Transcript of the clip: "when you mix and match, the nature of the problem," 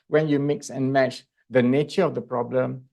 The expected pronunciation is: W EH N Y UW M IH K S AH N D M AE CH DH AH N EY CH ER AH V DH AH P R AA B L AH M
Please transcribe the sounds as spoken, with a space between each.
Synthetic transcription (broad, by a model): W EH N Y UW M IH K S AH N M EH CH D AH N EY CH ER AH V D AH P R AA B L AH M